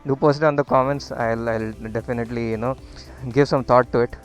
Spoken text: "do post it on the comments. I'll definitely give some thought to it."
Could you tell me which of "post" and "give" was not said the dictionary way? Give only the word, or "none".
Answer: post